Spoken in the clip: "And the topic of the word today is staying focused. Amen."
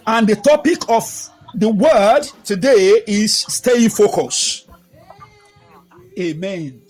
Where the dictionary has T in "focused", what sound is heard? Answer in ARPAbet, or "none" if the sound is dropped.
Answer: none